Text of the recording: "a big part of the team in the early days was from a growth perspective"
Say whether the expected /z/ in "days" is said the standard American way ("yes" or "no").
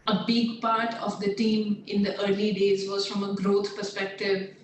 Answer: yes